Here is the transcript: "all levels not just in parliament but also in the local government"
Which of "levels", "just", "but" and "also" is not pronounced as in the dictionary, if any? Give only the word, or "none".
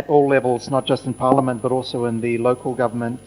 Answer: none